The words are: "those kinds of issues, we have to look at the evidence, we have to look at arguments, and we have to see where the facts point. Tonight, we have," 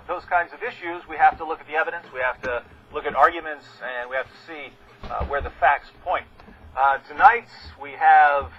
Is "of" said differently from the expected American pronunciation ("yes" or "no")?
no